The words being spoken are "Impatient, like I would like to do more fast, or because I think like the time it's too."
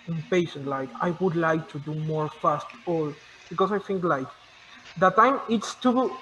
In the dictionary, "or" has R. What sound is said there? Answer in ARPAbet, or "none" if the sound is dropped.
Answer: L